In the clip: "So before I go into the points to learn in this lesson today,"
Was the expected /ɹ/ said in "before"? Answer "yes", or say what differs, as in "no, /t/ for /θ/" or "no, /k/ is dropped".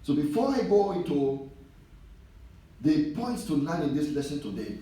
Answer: yes